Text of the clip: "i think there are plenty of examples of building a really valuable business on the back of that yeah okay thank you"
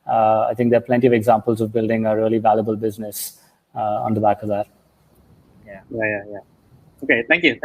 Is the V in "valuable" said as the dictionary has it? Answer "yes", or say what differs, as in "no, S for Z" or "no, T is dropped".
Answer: yes